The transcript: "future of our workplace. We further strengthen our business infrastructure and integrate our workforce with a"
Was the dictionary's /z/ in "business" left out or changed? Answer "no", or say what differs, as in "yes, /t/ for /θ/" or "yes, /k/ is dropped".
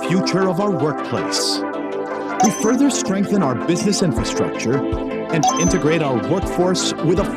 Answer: no